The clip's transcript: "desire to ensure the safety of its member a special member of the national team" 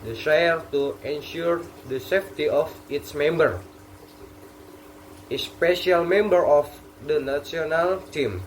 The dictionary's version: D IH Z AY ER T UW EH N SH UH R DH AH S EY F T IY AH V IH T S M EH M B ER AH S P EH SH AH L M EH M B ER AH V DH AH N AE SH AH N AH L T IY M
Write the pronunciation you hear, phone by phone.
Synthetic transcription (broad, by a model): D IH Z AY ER T UW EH N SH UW R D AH S EY F T IY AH F IH T S M EH M B ER AH S P EH SH AH L M EH M B ER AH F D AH N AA S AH N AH L T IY M